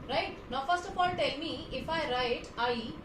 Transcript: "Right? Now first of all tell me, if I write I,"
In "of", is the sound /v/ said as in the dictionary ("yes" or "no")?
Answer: no